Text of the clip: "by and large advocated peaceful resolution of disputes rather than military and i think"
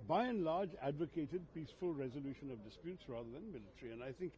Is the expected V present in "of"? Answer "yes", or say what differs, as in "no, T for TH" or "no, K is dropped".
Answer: yes